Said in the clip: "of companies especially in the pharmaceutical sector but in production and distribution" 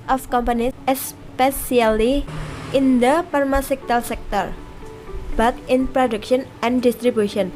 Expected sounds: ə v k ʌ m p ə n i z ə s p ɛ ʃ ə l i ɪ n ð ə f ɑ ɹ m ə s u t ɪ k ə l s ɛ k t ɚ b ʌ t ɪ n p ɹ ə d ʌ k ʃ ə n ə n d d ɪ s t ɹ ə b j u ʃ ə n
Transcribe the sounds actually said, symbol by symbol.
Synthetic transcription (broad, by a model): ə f k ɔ m p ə n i ə s p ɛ s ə l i ɪ n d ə p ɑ ɹ m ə s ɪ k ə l s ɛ k t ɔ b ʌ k ɪ n p ɹ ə d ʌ k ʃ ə n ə n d d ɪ s t ɹ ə b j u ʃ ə n